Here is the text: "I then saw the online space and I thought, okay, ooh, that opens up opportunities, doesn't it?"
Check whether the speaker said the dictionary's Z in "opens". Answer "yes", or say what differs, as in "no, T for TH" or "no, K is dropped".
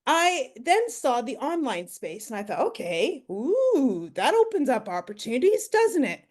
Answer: yes